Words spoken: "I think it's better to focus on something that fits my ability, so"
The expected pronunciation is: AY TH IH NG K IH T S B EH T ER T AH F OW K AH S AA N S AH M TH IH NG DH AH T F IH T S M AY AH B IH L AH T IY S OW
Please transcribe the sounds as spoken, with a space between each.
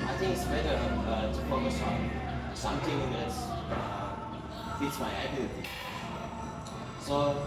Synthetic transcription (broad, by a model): AY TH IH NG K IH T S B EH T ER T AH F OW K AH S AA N S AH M T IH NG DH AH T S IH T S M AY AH IH AH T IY S OW